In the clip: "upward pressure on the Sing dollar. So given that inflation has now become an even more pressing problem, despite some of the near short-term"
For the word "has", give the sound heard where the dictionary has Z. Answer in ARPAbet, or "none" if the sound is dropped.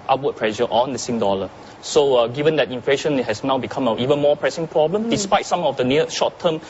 S